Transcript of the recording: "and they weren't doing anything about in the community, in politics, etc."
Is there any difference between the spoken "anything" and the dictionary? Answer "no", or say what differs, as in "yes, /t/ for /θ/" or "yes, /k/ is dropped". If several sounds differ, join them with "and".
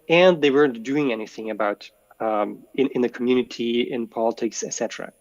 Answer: no